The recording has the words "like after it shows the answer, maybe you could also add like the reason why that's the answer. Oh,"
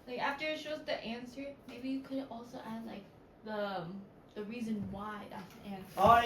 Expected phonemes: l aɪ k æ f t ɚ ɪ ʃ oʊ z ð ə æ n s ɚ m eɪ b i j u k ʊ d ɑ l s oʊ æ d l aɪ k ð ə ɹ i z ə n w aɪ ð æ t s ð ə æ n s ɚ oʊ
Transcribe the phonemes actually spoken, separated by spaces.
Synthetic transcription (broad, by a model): l aɪ k æ f t ɚ ɪ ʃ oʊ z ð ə æ n s ɚ m eɪ b i j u k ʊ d ɑ l s oʊ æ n l aɪ k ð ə ɹ i z ə n w aɪ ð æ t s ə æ n s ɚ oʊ